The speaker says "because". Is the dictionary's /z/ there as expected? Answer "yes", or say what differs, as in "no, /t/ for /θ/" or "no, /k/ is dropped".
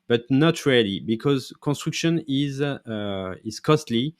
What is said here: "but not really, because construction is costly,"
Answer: yes